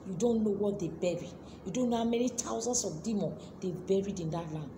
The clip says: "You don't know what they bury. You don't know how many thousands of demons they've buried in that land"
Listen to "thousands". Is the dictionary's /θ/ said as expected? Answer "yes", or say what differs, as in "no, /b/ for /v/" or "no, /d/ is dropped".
no, /t/ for /θ/